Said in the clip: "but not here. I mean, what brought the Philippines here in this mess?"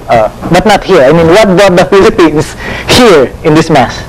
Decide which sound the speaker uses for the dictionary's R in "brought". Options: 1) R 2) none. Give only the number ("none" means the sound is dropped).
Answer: 2